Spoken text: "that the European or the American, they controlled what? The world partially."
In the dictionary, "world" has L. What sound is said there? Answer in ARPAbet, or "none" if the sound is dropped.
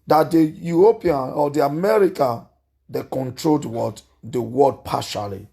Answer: none